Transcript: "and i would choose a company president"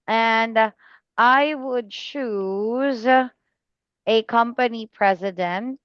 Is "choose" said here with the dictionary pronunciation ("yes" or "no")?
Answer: yes